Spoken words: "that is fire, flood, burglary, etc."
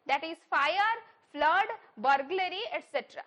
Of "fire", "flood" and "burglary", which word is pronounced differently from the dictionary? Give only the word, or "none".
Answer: none